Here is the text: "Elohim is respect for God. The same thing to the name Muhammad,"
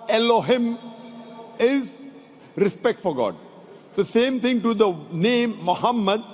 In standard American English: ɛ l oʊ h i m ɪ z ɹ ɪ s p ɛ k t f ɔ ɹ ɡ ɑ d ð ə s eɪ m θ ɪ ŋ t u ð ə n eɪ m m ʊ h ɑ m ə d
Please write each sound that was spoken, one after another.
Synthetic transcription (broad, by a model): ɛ l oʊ h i m ɪ z ɹ ɪ s p ɛ k t f ɔ ɹ ɡ ɑ d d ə s eɪ m t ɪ ŋ t u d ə n eɪ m m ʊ h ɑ m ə d